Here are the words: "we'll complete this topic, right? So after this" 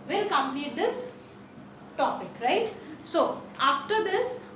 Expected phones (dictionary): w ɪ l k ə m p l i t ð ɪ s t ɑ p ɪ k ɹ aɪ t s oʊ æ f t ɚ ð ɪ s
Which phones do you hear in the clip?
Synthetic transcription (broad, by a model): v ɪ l k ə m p n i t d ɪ s t ɑ p ɪ k ɹ aɪ t s oʊ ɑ f t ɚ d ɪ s